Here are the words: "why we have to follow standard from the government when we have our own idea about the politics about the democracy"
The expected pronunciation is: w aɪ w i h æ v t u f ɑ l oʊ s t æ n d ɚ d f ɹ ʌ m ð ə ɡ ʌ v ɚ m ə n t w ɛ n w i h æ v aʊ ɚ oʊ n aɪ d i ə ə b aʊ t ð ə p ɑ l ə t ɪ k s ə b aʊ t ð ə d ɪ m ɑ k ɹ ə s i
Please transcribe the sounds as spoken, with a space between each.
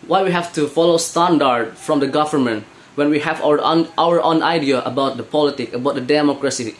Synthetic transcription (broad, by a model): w aɪ w i h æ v t u f ɑ l oʊ s t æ n d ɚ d f ɹ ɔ m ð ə ɡ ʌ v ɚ m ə n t w ɛ n w i h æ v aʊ ɚ oʊ n aɪ d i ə ə b aʊ t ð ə p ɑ l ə t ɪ k ə b aʊ t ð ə d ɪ m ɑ k ɹ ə s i